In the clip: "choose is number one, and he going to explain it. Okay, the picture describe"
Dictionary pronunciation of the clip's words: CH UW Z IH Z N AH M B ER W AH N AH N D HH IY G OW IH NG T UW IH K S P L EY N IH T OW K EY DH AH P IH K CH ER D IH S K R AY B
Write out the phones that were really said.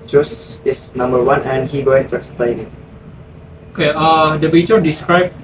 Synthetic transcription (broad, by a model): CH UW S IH S N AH M B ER W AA N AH N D HH IY G OW IH NG T UW IH K S P L EY N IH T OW K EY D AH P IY CH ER D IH S K R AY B